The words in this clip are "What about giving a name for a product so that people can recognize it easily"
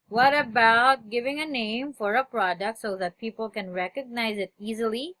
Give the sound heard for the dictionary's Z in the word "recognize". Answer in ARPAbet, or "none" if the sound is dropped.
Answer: Z